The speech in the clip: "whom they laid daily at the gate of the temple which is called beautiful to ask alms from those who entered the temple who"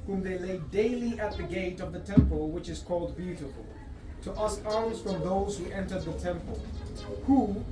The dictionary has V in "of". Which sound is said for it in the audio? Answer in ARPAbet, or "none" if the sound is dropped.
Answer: V